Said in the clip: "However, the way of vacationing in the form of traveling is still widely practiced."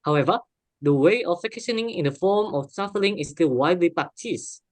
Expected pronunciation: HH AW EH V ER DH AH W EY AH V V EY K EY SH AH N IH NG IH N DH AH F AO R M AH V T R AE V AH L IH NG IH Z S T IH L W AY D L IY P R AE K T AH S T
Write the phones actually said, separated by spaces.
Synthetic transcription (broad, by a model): HH AW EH V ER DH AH W EY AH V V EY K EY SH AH N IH NG IH N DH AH F AO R M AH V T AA F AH L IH NG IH S T IH L W AY D L IY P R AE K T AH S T